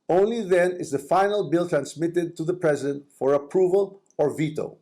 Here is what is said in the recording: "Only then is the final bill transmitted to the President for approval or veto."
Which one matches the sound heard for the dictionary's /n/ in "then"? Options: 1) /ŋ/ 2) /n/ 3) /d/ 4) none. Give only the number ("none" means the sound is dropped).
2